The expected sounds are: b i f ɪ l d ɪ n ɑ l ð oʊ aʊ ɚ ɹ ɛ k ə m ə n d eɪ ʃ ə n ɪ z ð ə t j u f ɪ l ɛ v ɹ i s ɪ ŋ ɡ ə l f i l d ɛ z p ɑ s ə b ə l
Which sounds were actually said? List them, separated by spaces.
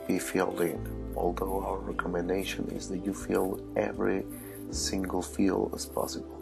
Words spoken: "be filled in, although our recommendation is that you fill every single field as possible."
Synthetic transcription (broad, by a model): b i f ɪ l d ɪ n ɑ l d oʊ aʊ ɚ ɹ ɛ k ə m ə n d eɪ ʃ ə n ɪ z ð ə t j u f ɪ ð ɛ v ɹ i s ɪ ŋ ɡ ə l f i l ɛ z p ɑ s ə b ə l